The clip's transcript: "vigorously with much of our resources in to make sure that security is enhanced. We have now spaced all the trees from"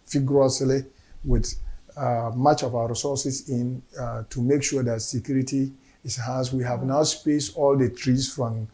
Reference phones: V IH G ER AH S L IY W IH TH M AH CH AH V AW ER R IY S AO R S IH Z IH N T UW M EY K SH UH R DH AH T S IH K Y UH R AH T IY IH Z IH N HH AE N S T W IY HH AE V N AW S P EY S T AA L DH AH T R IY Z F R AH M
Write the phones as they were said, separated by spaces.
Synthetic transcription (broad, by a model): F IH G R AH S L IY W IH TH M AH CH AH V AW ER R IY S AO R S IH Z IH N T UW M EY K SH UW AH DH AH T S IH K Y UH R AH T IY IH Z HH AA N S W IY HH AE V N AW S P EY S T AA L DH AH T R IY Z F R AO M